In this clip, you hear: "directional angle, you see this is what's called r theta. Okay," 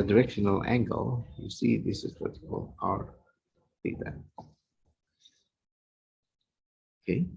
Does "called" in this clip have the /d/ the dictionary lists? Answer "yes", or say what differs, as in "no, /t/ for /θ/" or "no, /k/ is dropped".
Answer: no, /d/ is dropped